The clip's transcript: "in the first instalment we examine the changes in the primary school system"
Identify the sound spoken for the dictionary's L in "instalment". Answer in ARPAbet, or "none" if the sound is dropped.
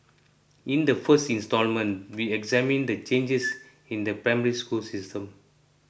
L